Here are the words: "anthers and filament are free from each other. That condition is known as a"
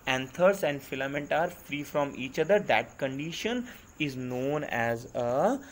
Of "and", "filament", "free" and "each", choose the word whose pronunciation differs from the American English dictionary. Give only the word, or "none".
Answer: none